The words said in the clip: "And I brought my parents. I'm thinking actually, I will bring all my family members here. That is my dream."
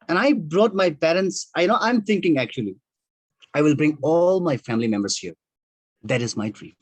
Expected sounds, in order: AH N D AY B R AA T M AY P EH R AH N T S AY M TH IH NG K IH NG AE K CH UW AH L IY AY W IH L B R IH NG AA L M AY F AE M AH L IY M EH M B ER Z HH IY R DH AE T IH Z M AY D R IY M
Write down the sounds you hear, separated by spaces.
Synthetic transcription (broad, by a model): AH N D AY B R AA T M AY P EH R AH N T S AY M T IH NG K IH NG AE K CH UW AH L IY AY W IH L B R IH NG AA L M AY F AE M AH L IY M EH M B ER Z HH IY R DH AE T IH Z M AY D R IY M